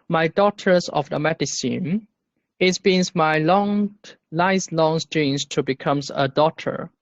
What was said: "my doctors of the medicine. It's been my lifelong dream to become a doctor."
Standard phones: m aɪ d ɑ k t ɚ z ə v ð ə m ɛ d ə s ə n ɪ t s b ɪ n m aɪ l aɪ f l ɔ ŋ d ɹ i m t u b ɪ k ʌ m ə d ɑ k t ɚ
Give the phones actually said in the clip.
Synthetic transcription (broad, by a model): m aɪ d ɑ t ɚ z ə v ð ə m ɛ d ə s ə n ɪ t s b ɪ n m aɪ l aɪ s l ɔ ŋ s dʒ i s t u b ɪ k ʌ m ə d ɑ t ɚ